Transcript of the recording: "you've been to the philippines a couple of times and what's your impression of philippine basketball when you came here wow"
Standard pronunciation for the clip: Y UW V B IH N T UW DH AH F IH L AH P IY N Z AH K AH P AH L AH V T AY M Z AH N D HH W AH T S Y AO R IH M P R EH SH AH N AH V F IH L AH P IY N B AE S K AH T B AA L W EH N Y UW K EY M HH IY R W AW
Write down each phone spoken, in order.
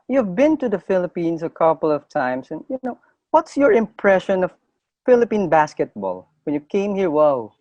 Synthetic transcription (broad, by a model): Y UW V B IH N T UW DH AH F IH L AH P IY N S AH K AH P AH L AH V T AY M S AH N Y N W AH T S Y AO R IH M P R EH SH AH N AH V F IH L AH P IY N B AE S K AH T B AA L W EH N Y UW K EY M HH IY R W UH